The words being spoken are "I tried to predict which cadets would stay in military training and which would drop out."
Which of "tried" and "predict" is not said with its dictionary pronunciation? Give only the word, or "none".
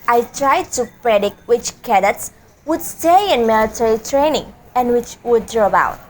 none